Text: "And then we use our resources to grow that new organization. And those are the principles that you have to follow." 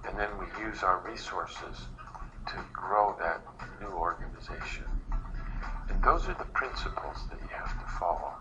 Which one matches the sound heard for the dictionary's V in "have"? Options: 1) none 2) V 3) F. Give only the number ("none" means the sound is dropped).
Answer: 3